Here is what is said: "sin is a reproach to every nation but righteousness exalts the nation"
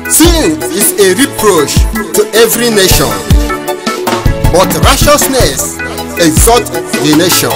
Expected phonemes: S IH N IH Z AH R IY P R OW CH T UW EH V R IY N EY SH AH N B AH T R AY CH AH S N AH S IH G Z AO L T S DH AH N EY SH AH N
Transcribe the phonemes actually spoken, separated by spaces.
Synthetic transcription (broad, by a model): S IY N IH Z AH R IY P R OW CH T UW EH V R IY N EY SH AH N B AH T R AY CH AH S N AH S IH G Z AO T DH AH N EY SH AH N